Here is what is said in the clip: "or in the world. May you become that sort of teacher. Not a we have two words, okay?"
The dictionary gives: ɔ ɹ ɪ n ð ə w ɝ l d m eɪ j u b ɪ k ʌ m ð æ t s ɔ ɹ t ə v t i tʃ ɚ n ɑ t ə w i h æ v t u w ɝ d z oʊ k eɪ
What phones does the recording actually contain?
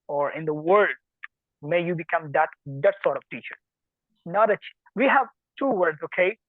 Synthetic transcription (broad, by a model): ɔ ɹ ɪ n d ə w ɝ l d m eɪ j u b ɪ k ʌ m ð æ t s ɔ ɹ t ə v t i tʃ ɚ n ɑ t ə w i h æ v t u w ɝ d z oʊ k eɪ